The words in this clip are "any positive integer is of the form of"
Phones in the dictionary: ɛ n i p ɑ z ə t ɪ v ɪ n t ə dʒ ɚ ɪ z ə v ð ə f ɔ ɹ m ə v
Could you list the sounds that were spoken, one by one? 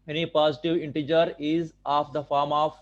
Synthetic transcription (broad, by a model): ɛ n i p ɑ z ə t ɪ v ɪ n t ə dʒ ɚ ɪ z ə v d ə f ɔ ɹ m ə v